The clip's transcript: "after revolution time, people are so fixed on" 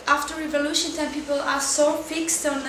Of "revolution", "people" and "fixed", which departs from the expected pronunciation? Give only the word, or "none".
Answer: none